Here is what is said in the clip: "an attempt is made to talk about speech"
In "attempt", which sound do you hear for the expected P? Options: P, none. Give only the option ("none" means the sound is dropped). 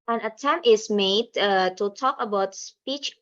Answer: none